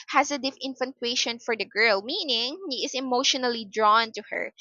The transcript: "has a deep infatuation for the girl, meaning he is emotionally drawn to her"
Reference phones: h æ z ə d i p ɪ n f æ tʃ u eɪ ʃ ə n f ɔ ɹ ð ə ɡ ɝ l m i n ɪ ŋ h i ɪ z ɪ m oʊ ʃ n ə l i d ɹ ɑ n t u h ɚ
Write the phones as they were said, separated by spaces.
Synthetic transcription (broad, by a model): h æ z ə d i f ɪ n f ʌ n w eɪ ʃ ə n f ɔ ɹ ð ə ɡ ɝ l m i n ɪ ŋ h i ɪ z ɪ m oʊ ʃ n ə l i d ɹ ɑ n t u h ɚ